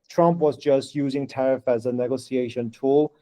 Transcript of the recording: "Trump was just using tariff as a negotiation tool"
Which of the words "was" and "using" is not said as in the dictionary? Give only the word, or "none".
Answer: none